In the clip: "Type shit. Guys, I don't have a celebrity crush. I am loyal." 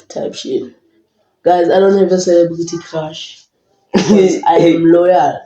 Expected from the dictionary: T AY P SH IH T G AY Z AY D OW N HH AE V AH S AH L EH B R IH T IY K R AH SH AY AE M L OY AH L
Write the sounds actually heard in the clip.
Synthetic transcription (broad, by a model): T AY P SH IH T G AY Z AY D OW N HH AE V AH S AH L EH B L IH T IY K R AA SH AY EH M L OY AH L